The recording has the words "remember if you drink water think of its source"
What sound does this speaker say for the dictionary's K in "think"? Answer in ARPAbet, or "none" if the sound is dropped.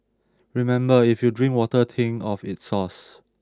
none